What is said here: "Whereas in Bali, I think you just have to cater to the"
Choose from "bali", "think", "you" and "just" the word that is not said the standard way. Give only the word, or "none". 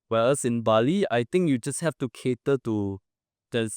think